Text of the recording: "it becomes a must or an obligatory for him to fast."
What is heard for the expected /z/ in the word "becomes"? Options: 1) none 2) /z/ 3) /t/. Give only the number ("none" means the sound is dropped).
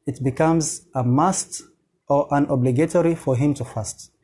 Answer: 2